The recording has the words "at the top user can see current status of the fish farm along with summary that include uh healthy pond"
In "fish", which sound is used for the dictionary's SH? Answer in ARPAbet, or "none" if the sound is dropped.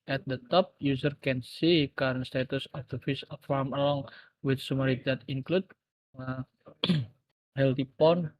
S